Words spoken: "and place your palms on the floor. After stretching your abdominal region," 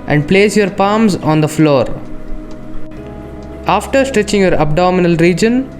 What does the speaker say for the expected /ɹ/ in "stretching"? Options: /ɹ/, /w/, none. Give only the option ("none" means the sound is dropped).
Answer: /ɹ/